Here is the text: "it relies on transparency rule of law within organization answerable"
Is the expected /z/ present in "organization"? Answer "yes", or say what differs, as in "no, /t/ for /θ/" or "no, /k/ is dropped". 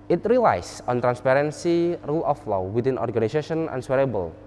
no, /s/ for /z/